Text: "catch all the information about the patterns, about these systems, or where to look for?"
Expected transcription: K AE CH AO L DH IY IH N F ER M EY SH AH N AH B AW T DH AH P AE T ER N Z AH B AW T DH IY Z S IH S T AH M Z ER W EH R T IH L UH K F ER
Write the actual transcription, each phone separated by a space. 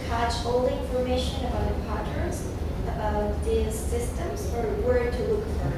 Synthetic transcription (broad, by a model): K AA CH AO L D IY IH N F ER M EY SH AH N AH B AW T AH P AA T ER Z AH B AW T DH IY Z S IH S T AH M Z ER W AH R T IH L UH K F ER